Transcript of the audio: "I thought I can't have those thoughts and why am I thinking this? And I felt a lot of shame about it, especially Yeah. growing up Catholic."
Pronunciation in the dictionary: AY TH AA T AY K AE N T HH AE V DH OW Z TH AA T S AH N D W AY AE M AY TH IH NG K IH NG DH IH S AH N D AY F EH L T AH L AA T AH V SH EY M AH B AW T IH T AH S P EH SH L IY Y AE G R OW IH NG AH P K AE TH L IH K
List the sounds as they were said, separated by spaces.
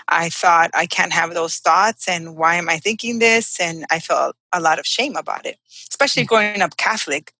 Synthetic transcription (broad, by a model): AY TH AA T AY K AE N T HH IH V DH OW Z TH AA T S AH N W AY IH M AY TH IH NG K IH NG DH IH S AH N AY F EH L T AH L AA T AH V SH EY M AH B AW T IH T AH S P EH SH L IY G R OW IH NG AH P K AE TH L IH K